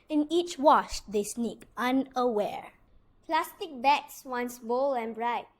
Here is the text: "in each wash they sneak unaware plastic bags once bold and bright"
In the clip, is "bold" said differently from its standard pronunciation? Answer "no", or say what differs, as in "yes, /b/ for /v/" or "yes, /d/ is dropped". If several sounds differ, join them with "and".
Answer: yes, /d/ is dropped